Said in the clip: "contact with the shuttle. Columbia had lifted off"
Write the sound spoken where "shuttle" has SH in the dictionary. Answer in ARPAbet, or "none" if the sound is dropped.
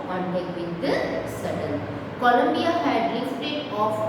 S